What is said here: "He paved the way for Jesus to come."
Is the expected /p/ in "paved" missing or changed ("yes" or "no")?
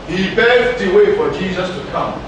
yes